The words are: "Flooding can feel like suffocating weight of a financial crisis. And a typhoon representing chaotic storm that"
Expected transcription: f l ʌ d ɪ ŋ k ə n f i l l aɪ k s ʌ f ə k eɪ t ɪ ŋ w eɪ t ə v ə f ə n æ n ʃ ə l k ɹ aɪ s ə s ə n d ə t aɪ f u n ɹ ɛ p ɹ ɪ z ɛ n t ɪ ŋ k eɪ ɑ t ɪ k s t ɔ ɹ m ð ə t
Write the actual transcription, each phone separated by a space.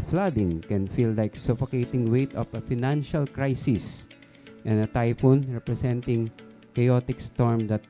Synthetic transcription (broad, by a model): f l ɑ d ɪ ŋ k ə n f i l l aɪ k s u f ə k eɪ t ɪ ŋ w eɪ t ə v ə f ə n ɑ n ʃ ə l k ɹ aɪ s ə s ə n ə t aɪ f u n ɹ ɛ p ɹ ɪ s ɛ n t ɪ ŋ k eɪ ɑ t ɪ k s t ɔ ɹ m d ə t